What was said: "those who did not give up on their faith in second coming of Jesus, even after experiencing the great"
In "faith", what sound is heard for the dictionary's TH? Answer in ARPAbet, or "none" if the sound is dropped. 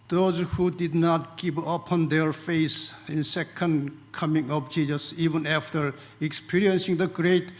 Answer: S